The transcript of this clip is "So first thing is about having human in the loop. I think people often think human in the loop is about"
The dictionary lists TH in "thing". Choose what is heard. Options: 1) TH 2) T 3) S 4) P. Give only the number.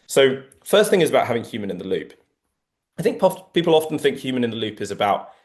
1